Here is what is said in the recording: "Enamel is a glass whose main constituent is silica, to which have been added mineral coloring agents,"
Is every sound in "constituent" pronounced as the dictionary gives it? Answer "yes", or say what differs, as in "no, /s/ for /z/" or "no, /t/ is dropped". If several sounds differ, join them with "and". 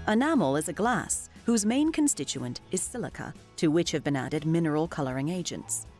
yes